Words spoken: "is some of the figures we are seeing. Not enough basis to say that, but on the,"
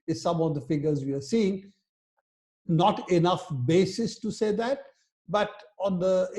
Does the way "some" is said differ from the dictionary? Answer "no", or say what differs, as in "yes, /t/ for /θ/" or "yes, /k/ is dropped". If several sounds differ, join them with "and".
no